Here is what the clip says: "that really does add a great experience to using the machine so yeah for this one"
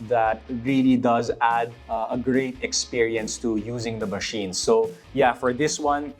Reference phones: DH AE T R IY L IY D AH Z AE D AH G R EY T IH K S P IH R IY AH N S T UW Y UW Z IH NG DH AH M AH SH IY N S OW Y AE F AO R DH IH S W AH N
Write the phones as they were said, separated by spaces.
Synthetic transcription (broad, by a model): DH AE T R IY L IY D AH Z AE D AH G R EY T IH K S P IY R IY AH N S T UW Y UW Z IH NG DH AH M AH SH IY N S OW Y AE F AO R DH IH S W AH N